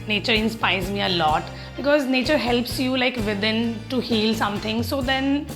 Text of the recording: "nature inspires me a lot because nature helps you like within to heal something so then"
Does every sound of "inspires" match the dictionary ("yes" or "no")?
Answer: yes